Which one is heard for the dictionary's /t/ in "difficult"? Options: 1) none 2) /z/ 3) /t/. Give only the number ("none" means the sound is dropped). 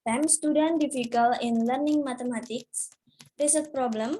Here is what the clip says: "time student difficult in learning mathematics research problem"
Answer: 1